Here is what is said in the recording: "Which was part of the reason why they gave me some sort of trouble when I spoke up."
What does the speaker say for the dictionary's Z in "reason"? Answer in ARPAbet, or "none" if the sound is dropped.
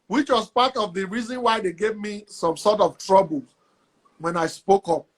Z